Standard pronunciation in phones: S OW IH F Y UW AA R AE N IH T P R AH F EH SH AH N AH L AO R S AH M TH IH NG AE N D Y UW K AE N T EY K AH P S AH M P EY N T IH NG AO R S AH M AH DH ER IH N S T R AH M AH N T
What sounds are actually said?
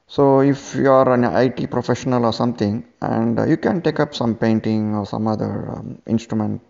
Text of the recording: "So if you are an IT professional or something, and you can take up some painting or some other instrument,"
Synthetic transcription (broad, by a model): S OW IH F Y UW AA R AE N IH T P R AH F EH SH AH N AH L AO R S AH M T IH NG AE N D Y UW K AE N T EY K AH P S AH M P EY N T IH NG AO R S AH M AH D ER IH N S T R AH M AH N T